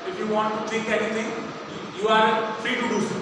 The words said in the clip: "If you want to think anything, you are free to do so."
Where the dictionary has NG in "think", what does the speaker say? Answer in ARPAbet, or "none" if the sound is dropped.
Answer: none